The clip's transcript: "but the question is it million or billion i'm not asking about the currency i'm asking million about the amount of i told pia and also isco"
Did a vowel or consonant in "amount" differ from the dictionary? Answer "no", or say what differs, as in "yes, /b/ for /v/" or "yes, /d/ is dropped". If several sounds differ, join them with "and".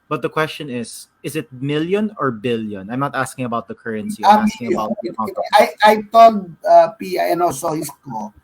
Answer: yes, /n/ is dropped